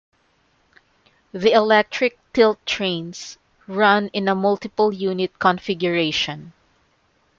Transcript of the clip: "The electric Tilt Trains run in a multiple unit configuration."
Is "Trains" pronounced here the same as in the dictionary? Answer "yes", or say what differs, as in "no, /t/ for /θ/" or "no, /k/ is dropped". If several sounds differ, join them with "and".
no, /s/ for /z/